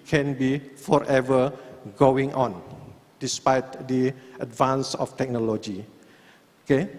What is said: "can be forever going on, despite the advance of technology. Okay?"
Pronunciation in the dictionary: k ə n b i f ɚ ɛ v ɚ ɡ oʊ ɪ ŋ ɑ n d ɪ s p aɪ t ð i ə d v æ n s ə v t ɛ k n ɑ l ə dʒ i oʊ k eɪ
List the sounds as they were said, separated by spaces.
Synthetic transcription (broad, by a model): k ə n b i f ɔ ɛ v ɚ ɡ oʊ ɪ ŋ ɑ n d ɪ s p aɪ t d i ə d v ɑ n s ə f t ɛ k n ɑ l ə dʒ i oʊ k eɪ